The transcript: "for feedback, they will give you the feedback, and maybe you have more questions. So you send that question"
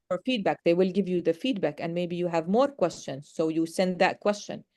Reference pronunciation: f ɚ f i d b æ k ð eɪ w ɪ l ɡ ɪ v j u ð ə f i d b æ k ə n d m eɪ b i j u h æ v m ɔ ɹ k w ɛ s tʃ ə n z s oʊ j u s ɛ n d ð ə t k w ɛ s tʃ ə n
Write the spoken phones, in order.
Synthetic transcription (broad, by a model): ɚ f i d b æ k ð eɪ w ɪ l ɡ ɪ v j u ð ə f i d b æ k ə n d m eɪ b i j u h æ v m ɔ ɹ k w ɛ s tʃ ə n z s oʊ j u s ɛ n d ð ə t k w ɛ s tʃ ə n